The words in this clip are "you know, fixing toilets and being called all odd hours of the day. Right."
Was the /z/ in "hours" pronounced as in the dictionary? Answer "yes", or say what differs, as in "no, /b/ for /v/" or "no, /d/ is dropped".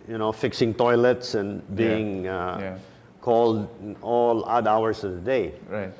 no, /s/ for /z/